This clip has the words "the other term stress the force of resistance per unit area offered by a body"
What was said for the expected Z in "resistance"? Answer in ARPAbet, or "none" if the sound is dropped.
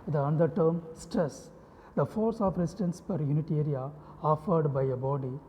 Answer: S